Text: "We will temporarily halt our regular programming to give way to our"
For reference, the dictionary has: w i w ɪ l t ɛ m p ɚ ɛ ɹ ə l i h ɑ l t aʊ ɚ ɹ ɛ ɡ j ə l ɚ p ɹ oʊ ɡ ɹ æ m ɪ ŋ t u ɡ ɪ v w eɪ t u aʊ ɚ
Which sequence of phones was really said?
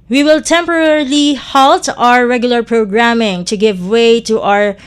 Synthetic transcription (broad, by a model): w i w ɪ l t ɛ m p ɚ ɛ ɹ l i h ɑ l t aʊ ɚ ɹ ɛ ɡ j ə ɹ p ɹ oʊ ɡ ɹ æ m ɪ ŋ t u ɡ ɪ v w eɪ t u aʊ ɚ